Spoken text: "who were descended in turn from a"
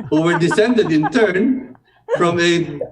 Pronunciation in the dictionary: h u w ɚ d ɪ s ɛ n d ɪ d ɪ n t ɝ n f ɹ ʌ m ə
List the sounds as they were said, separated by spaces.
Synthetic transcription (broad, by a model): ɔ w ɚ d ɪ s ɛ n d ɪ d ɪ n t ɝ n f ɹ ʌ m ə